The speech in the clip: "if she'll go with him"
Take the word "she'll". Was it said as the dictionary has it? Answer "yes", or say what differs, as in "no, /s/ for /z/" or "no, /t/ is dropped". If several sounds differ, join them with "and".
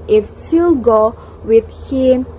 no, /s/ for /ʃ/